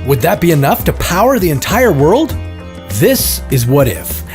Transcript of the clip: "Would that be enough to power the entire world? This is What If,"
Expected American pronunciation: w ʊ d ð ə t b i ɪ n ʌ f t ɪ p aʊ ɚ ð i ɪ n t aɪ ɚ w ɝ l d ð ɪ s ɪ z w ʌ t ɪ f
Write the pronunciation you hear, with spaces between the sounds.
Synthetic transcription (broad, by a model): w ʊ d ð ə t b i ɪ n ʌ f t ɪ p aʊ ɚ ð i ɪ n t aɪ ɚ w ɝ l d ð ɪ s ɪ z w ʌ t ɪ f